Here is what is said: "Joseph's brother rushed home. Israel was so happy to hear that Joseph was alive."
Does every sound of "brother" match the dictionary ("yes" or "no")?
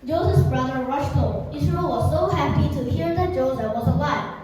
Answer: yes